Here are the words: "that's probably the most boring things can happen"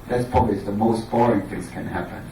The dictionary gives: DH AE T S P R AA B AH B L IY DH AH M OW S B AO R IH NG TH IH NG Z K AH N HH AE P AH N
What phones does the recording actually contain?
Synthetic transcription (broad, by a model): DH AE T S P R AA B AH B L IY DH AH M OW S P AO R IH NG TH IH NG Z K AH N HH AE P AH N